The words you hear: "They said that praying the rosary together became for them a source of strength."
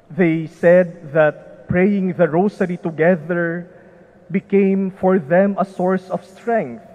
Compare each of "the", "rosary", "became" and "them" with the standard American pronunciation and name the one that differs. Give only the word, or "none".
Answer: rosary